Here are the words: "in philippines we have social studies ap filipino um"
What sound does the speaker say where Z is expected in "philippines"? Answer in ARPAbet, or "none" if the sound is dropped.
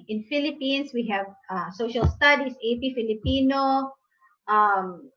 S